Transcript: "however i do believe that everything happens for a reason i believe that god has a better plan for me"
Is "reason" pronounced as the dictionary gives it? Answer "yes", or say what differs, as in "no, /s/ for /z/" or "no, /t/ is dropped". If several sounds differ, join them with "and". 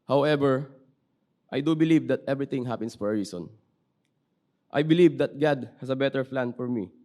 no, /s/ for /z/